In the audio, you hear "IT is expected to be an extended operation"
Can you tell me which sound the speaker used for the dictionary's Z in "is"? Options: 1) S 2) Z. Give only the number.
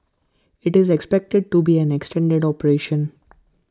2